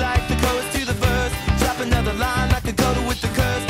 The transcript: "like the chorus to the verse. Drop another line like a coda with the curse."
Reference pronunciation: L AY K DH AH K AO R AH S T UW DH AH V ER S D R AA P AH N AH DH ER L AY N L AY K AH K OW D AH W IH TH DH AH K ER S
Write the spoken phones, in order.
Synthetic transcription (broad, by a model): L AY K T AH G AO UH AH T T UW DH AH B ER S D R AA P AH N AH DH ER L AY N AY K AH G OW D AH W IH DH AH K ER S